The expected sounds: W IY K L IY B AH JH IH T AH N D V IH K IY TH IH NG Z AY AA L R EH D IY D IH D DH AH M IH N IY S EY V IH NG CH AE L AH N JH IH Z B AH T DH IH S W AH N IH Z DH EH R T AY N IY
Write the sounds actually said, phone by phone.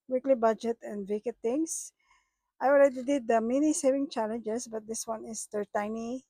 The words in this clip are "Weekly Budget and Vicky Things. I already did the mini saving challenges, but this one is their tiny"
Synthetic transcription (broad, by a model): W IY K L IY B AH JH IH T AH N D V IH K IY T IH NG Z AY AA L R EH D IY D IH D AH M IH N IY S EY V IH NG CH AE L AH N JH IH S B AH T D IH S W AH N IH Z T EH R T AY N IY